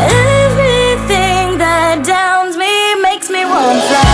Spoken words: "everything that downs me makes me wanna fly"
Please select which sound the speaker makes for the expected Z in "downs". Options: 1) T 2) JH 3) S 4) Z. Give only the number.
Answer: 4